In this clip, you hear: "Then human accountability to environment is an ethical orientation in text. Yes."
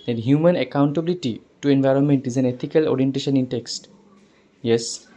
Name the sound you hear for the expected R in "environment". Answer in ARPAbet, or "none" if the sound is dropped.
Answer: R